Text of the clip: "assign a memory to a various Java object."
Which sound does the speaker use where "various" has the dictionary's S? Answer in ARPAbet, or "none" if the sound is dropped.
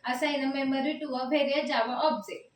none